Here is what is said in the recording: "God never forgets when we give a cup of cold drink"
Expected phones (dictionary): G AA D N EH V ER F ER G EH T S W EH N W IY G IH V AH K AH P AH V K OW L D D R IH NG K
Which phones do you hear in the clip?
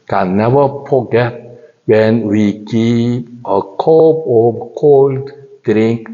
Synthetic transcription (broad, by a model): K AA N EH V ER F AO G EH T W EH N W IY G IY P AH K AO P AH K OW L D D R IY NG K